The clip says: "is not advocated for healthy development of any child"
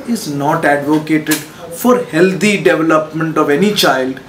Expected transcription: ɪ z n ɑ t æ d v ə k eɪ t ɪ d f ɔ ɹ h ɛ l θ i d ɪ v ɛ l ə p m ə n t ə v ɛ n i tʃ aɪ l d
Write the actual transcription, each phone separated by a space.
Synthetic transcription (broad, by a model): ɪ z n ɑ t æ d v ə k eɪ t ɪ d f ɔ ɹ h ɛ l t i d ɪ v ɛ l ə p m ə n t ə v ɛ n i tʃ aɪ l d